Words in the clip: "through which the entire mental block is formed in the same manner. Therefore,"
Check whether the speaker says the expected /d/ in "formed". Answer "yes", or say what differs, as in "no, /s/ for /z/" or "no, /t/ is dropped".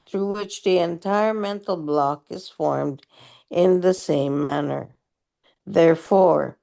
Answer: yes